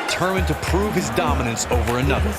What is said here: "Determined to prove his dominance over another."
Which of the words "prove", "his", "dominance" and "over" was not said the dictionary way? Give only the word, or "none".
none